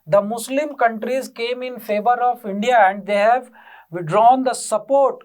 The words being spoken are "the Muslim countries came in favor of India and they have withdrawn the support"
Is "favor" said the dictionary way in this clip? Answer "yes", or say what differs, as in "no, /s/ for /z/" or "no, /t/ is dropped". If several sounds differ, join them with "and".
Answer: yes